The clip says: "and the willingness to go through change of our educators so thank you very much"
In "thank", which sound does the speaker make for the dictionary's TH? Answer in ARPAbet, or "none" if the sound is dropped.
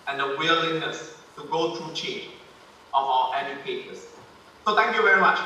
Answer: T